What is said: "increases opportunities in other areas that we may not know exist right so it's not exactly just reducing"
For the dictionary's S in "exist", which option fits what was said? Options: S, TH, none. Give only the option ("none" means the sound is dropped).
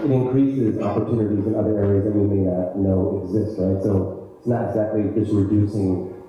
S